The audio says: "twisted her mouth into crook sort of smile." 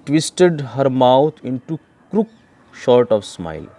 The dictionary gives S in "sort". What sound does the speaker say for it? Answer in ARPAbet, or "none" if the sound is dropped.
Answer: SH